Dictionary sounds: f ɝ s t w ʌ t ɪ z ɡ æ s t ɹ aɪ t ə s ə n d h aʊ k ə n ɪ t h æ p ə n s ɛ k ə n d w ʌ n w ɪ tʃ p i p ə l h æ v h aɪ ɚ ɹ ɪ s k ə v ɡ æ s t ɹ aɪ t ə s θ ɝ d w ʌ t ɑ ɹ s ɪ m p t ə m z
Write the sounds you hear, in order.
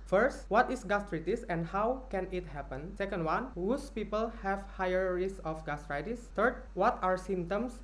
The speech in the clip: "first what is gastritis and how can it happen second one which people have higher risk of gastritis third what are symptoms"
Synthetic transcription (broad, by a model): f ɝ s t w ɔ t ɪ s ɡ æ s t ɹ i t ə s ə n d h aʊ k ə n ɪ t h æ p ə n s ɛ k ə n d w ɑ n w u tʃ p i p ə l h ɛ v h aɪ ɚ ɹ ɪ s ə f ɡ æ s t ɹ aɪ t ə s t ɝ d w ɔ t ɑ ɹ s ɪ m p t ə m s